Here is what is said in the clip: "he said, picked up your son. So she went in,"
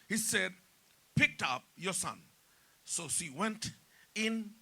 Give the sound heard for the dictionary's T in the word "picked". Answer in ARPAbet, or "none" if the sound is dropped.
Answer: T